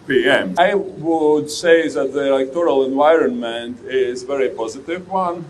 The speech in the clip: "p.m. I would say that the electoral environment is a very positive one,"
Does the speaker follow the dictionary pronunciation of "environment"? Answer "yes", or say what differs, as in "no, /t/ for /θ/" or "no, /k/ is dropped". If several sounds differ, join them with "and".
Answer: yes